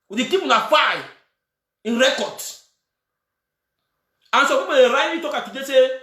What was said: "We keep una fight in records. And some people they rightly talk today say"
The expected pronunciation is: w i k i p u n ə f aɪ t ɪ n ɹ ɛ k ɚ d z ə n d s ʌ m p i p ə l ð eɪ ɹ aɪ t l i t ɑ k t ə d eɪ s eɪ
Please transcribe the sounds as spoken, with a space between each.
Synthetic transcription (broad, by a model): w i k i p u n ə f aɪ ɪ n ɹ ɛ k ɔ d ə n s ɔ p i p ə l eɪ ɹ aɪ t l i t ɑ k t ə d eɪ s eɪ